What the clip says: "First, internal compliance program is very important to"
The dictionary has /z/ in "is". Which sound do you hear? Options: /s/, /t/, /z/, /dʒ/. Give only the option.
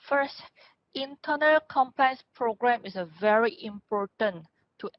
/s/